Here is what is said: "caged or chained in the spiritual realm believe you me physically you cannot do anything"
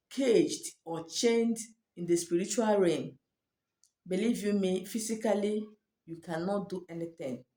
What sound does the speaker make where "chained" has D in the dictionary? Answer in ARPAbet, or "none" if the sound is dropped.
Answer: D